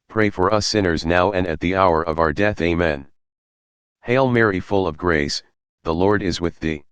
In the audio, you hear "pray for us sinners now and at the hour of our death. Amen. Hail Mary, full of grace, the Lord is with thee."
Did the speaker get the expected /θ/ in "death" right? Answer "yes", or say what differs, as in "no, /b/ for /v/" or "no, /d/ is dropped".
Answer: yes